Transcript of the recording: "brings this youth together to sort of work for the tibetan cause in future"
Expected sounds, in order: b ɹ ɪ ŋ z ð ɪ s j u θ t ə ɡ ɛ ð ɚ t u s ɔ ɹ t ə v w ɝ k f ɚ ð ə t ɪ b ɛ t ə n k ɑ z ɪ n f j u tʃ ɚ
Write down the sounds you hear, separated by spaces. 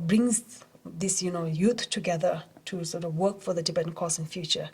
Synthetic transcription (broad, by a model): b ɹ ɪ ŋ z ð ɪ s j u t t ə ɡ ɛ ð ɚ t u s ɔ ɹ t ə v w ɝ k f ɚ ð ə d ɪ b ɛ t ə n k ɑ s ɪ n f j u tʃ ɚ